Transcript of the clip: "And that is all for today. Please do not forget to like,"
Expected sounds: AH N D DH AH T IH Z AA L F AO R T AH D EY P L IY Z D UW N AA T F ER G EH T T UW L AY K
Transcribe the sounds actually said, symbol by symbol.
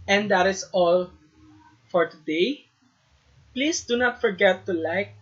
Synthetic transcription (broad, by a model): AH N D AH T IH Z AA L F AO R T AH D EY P L IY S D UW N AA T F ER G EH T T UW L AY K